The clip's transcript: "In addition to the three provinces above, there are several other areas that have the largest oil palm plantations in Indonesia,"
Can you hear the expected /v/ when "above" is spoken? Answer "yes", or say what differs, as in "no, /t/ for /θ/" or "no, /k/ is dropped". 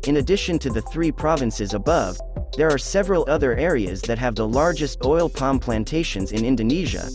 yes